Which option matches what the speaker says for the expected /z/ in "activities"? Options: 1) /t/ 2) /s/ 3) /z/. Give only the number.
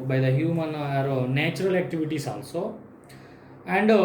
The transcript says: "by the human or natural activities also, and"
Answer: 2